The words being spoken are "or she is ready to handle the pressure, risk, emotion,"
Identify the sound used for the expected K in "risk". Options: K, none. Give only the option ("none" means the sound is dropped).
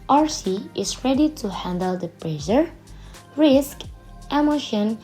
K